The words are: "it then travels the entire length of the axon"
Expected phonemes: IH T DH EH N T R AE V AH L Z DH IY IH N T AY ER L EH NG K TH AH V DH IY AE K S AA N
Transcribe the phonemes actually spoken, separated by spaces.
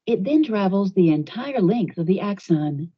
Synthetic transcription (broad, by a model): IH T DH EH N T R AE V L Z DH IY IH N T AY ER L EH NG K TH AH V DH IY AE K S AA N